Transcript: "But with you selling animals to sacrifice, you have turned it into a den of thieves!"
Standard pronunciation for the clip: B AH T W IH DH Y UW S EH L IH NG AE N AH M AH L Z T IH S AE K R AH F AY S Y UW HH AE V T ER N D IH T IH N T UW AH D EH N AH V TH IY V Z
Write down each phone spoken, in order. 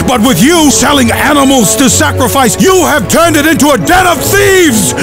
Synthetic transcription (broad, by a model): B AH T W IH DH Y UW S EH L IH NG AE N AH M L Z T IH S AE K R AH F AY S Y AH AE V T ER N D IH T IH N T UW AH D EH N AH V TH IY V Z